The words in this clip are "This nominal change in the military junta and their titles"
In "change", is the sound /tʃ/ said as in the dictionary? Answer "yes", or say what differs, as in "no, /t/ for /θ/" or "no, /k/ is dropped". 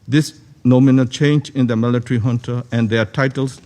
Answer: yes